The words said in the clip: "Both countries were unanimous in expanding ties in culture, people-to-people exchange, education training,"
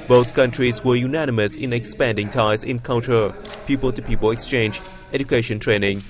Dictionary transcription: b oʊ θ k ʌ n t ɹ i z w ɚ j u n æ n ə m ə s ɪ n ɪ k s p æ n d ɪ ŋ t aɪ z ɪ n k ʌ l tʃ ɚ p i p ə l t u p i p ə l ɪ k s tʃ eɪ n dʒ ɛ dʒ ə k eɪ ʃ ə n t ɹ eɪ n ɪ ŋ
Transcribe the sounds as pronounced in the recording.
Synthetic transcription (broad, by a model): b oʊ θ k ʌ n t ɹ i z w ɚ j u n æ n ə m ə s ɪ n ɪ k s p æ n d ɪ ŋ t aɪ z ɪ n k ʌ l tʃ ɚ p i p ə l t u p i p ə l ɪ k s tʃ eɪ n dʒ ɛ dʒ ə k eɪ ʃ ə n t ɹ eɪ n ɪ ŋ